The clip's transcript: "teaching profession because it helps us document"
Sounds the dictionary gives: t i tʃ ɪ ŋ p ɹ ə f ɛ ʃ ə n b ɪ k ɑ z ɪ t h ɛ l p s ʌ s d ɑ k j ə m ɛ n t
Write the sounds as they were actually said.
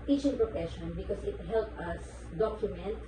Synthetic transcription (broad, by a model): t i tʃ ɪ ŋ p ɹ ə f ɛ ʃ ə n b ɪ k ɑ s ɪ t h ɛ l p ʌ s d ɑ k j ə m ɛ n t